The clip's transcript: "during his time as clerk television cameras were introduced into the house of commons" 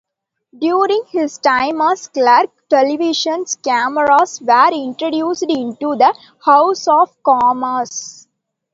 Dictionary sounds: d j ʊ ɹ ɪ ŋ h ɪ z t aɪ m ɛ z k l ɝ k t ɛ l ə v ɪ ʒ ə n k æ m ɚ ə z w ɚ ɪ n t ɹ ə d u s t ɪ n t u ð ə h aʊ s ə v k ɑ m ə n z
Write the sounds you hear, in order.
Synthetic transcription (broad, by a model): d j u ɹ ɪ ŋ h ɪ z t aɪ m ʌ s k l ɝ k t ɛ l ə v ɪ ʃ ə n k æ m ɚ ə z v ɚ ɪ n t ɹ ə d u s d ɪ n t u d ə h aʊ s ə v k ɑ m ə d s